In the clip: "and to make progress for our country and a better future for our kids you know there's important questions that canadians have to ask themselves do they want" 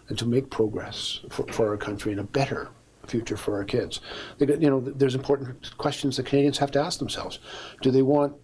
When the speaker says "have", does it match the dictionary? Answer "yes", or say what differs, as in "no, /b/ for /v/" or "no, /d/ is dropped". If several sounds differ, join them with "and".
no, /f/ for /v/